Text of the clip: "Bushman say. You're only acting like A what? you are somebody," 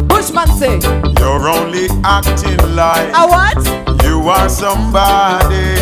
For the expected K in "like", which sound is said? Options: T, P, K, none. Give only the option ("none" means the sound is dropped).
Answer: none